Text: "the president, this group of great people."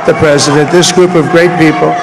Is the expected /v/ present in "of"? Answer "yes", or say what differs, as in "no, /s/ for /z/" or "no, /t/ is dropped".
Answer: yes